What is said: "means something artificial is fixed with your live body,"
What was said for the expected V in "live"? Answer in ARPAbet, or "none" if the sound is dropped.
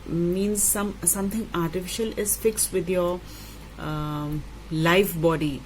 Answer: F